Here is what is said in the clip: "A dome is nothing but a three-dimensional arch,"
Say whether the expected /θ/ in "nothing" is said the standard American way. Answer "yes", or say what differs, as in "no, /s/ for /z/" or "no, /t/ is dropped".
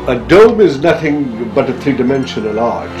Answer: yes